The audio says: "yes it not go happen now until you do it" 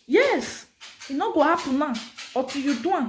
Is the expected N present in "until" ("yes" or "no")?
no